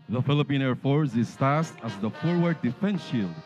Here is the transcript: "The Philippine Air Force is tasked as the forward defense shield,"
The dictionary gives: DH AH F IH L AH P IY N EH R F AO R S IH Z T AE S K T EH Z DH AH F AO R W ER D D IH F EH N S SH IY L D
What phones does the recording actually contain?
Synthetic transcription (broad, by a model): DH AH F IH L AH P IY N EH R F AO R S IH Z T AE S T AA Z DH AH F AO R W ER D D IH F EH N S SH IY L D